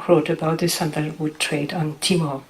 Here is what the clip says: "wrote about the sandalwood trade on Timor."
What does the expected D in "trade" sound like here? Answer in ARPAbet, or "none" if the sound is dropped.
D